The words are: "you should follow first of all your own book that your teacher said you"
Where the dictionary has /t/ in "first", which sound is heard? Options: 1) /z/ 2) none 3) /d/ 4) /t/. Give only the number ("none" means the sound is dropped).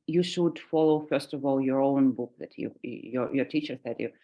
4